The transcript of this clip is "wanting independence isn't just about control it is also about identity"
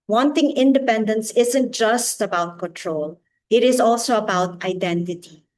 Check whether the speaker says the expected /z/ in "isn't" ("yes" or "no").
yes